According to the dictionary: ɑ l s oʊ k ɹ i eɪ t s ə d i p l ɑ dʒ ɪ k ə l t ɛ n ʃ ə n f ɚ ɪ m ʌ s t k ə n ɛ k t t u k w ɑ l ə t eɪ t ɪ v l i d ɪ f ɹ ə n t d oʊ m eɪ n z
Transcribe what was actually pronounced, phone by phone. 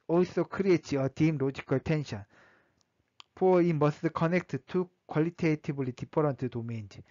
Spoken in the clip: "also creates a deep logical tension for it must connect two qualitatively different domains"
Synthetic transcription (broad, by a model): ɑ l s oʊ k ɹ i eɪ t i ə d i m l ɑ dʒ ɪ k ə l t ɛ n ʃ ə n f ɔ ɪ m ʌ s t k ə n ɛ k t t u k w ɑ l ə t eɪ t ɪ b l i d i p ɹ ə n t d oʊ m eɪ n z